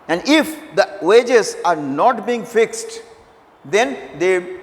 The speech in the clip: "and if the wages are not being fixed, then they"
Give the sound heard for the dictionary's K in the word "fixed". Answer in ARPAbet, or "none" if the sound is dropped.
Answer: K